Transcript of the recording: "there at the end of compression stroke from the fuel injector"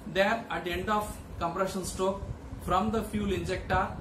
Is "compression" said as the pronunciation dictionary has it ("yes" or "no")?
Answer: yes